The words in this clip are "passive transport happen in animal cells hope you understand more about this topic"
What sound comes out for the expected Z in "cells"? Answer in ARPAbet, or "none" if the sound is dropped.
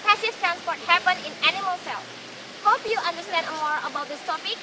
none